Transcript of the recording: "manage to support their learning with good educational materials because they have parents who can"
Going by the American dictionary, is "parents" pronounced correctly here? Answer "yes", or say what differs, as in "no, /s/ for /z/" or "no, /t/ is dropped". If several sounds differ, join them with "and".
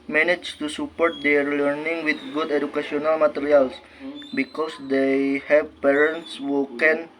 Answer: yes